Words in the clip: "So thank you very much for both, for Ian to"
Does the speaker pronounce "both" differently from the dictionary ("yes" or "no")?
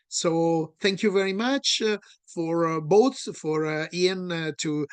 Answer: yes